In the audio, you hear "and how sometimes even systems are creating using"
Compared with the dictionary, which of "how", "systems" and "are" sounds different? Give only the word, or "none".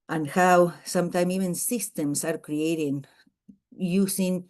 systems